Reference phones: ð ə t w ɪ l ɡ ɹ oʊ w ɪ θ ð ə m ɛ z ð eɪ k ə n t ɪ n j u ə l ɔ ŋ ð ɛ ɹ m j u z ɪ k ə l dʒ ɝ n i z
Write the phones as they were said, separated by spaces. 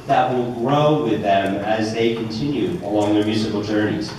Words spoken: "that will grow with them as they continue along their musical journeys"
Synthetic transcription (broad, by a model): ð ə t w ɪ l ɡ ɹ oʊ w ɪ ð ə m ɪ z ð eɪ k ə n t ɪ n j u ə l ɔ ŋ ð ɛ ɹ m j u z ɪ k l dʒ ɝ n i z